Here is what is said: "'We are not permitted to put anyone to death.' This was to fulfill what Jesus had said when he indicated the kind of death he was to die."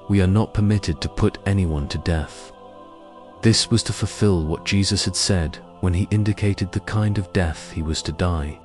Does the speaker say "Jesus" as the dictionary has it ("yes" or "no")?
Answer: yes